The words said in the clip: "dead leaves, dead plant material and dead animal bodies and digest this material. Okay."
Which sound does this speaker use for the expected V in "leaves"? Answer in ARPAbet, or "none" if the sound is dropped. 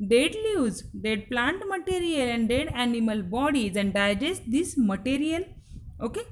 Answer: none